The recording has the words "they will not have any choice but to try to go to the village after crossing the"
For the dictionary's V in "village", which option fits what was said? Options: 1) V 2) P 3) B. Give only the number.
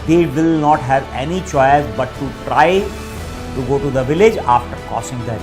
1